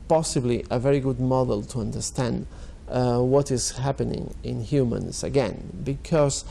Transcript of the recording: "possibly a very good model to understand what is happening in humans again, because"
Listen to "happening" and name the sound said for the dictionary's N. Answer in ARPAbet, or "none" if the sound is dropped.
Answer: N